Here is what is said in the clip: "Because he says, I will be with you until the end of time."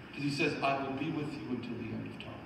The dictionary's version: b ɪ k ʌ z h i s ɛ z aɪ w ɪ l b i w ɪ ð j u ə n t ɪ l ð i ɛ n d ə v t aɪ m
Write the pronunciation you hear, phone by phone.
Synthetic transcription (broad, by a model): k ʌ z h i s ɛ z aɪ w ɪ l b i w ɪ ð j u ə n t ɪ l ð i ɛ n d ə v t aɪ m